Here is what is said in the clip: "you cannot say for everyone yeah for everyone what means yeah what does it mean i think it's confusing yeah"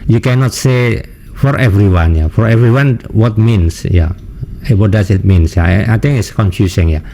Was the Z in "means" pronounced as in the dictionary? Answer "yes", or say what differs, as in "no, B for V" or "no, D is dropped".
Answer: no, S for Z